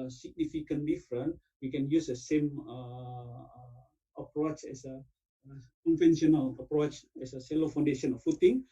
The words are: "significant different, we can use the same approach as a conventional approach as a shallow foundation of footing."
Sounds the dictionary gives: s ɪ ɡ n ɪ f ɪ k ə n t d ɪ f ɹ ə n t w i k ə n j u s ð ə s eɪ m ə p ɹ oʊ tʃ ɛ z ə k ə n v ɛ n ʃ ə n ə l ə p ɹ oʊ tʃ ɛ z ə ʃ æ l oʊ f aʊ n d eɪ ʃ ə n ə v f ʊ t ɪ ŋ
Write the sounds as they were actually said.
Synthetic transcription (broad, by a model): s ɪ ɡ n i f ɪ k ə n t d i f ɹ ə n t w i k ə n j u s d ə s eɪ m ə p ɹ oʊ tʃ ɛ s ə k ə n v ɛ n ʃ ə n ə l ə p ɹ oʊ tʃ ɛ s ə s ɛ l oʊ f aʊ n d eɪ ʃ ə n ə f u t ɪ ŋ